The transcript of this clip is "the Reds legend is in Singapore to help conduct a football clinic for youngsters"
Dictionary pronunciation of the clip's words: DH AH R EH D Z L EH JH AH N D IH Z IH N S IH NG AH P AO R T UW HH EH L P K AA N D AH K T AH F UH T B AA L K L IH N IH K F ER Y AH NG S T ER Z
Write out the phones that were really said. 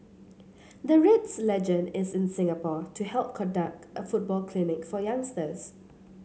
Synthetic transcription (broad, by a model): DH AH R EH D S L EH JH AH N D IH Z IH N S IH NG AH P AO T UW HH EH L P K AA N D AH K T AH F UH T B AA L K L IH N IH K F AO Y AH NG S T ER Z